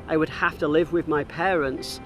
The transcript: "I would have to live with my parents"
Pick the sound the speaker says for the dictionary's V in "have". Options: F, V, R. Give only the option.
F